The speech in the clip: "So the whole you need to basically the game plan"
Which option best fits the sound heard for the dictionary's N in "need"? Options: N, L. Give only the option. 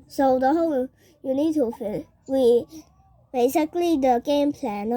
N